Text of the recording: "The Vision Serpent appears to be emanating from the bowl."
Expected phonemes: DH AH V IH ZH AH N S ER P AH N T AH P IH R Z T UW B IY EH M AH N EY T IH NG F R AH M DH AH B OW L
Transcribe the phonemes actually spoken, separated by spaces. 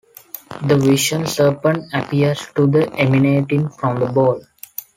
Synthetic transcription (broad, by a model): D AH V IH SH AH N S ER P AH N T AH P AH R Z T UW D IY EH M AH N EY T IH NG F R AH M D AH B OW L